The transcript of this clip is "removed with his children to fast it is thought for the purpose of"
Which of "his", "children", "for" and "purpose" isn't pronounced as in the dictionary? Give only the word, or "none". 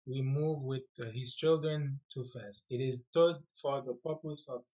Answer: none